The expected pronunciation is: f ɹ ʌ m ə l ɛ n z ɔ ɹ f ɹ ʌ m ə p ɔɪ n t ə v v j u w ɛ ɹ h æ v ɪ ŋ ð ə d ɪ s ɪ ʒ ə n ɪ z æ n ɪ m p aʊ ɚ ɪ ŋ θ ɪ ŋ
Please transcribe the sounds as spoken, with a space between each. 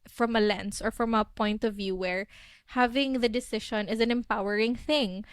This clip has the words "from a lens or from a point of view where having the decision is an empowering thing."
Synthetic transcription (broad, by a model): f ɹ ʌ m ə l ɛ n s ɔ ɹ f ɹ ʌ m ə p ɔɪ n t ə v v j u w ɛ ɹ h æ v ɪ ŋ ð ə d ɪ s ɪ ʃ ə n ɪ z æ n ɪ m p aʊ ɚ ɪ ŋ θ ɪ ŋ